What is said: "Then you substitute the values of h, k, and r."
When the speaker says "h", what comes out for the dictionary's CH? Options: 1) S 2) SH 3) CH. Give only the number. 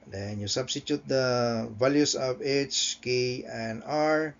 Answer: 3